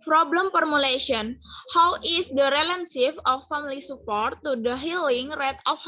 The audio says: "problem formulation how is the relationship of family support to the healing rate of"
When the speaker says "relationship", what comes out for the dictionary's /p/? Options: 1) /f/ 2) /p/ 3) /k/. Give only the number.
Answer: 1